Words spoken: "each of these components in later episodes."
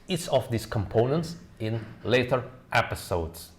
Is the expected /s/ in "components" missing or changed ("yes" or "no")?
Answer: no